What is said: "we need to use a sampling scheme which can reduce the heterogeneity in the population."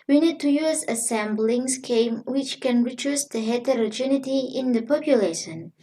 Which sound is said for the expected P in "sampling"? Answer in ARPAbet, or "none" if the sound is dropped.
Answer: B